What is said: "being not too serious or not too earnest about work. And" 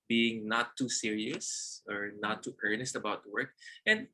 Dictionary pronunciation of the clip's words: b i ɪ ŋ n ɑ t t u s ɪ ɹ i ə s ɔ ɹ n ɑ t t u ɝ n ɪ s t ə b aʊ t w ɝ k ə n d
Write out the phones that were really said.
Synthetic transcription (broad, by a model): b i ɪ ŋ n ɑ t t u s ɪ ɹ i ə s ɔ ɹ n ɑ t t ɝ n ɪ s t ə b aʊ t w ɝ k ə n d